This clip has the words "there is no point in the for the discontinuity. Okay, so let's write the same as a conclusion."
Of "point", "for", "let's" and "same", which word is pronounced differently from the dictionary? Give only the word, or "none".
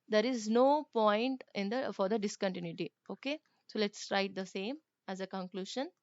none